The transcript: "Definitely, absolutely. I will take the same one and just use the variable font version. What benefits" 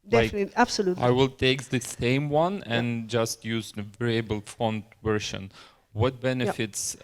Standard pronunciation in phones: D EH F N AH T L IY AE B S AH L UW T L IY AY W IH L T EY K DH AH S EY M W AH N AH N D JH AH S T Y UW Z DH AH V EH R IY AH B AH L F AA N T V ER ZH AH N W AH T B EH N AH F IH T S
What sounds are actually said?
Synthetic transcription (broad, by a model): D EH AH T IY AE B S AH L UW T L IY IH W IH L T EY K DH AH S EY M W AH N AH N JH AH S T Y UW Z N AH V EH R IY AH B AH L F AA N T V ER SH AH N W AH T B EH N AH F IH T S